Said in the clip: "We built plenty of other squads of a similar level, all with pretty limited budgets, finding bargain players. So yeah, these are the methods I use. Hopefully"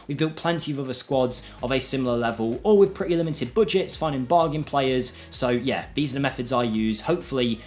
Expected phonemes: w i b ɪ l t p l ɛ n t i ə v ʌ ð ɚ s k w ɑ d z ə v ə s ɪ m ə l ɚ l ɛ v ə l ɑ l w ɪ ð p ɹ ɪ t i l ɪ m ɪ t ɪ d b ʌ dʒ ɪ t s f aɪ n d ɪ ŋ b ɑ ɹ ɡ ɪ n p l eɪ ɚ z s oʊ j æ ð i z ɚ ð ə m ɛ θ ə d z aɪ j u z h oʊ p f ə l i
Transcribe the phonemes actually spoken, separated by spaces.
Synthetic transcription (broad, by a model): w i b ɪ l t p l ɛ n t i ə v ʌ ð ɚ s k w ɑ d z ə v ə s ɪ m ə l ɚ l ɛ v ə l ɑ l w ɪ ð p ɹ ɪ t i l ɪ m ɪ t ɪ d b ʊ dʒ ɪ t s f aɪ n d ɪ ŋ b ɑ ɡ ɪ n p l eɪ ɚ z s oʊ j æ ð i z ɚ ð ə m ɛ θ ə d z aɪ j u z h oʊ p f ə l i